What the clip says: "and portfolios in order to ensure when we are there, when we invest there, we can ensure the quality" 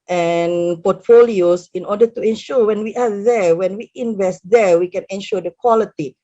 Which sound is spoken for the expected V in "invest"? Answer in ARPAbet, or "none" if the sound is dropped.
V